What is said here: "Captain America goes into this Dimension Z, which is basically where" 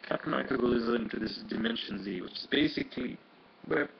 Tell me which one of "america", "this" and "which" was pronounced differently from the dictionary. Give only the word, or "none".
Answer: america